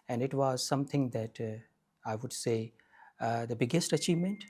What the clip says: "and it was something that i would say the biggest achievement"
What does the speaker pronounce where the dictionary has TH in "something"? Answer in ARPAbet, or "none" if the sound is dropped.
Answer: T